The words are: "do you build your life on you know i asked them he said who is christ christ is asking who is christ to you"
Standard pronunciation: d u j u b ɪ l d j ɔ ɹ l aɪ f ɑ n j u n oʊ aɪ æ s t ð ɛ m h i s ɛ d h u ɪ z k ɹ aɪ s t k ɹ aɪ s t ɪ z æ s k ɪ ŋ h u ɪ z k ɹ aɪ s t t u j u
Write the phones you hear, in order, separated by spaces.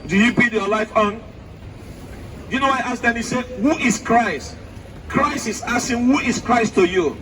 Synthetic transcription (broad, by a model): d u j u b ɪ d j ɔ l aɪ f ɑ n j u n oʊ aɪ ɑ s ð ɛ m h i s ɛ d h u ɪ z k ɹ aɪ s t k ɹ aɪ s t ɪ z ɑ s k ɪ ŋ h u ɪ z k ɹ aɪ s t t u j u